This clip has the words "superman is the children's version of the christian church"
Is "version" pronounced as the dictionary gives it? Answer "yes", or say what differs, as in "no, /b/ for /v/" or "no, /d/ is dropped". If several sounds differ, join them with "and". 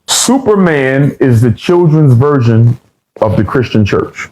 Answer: yes